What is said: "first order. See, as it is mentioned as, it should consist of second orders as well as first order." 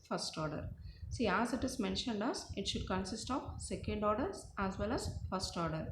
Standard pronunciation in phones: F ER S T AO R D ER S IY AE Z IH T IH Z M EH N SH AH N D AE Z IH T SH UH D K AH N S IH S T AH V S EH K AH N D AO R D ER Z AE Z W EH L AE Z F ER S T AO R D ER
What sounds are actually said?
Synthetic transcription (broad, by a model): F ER S T AO R D ER S IY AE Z IH T IH Z M EH N SH AH N D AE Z IH T SH UH D K AH N S IH S T AH V S EH K AH N D AO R D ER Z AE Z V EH L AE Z F ER S T AO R D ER